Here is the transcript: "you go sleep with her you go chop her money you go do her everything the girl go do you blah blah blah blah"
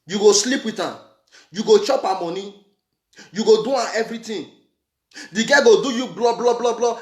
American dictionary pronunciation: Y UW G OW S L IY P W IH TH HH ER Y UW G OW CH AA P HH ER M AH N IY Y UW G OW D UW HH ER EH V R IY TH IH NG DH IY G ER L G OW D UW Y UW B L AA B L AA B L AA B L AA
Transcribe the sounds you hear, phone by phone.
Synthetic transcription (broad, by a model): Y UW G OW S L IY P W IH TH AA Y UW G OW CH AA P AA M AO N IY Y UW G OW D UW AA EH V R IY T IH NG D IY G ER G OW D UW Y UW B L AA B L AA B L AA B L AA